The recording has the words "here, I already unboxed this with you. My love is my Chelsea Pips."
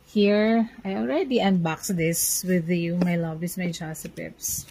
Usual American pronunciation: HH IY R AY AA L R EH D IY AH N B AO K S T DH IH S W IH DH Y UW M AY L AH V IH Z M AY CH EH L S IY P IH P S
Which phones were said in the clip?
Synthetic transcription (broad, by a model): HH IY R AY AA L R EH D IY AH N B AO K S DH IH S W IH DH Y UW M AY L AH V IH S M AY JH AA S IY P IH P S